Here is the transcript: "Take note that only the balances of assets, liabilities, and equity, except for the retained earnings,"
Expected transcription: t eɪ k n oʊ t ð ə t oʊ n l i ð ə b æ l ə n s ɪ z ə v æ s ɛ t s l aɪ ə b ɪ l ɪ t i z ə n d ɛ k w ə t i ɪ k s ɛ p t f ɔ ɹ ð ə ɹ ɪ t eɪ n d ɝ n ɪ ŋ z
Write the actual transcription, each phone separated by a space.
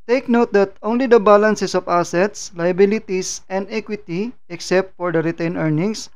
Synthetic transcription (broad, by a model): t eɪ k n oʊ t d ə t oʊ n l i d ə b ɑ l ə n s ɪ s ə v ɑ s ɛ t s l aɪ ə b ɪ l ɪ t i s ə n d ɛ k w ə t i ɪ k s ɛ p t f ɔ ɹ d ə ɹ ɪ t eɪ n ɝ n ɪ ŋ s